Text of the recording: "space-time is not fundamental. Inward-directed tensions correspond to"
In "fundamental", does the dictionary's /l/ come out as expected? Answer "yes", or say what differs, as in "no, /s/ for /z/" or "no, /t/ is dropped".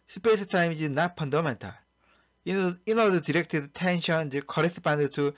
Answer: no, /n/ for /l/